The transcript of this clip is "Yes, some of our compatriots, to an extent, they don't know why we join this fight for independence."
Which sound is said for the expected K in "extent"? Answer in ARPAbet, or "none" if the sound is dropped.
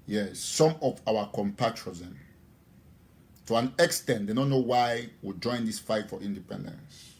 K